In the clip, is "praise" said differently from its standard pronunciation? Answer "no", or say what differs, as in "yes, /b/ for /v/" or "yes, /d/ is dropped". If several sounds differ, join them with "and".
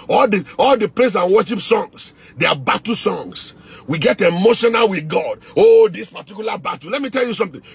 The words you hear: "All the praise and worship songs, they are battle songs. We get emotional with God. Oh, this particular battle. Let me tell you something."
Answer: yes, /l/ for /ɹ/ and /s/ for /z/